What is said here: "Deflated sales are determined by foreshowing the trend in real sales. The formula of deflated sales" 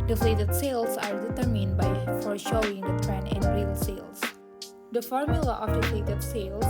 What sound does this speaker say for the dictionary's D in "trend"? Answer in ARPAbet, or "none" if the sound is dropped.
none